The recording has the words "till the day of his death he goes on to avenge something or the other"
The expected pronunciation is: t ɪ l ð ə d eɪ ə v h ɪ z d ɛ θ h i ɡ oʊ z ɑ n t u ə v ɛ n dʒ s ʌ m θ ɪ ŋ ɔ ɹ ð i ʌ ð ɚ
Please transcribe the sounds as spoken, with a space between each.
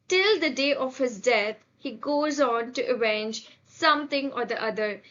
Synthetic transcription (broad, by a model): t ɪ l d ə d eɪ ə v h ɪ z d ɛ t h i ɡ oʊ z ɑ n t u ə v ɛ n dʒ s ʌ m t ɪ ŋ ɔ ɹ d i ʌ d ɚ